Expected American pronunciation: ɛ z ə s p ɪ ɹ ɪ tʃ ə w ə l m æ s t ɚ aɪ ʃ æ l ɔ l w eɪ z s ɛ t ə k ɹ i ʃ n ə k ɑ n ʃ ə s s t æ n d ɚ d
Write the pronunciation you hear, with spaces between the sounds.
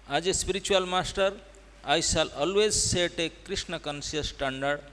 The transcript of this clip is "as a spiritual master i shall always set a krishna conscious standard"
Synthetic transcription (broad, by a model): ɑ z ə s p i ɹ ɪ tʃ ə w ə l m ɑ s t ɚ aɪ s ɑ l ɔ l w eɪ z s ɛ t ə k ɹ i s n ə k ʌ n s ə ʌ s t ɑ n d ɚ d